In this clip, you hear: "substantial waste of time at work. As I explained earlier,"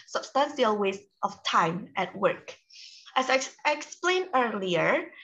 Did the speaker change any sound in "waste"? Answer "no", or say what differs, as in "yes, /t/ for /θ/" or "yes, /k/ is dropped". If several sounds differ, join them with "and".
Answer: no